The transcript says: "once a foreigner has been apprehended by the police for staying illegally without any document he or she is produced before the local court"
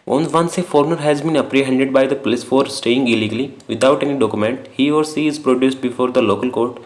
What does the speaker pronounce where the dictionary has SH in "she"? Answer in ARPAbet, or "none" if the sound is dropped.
S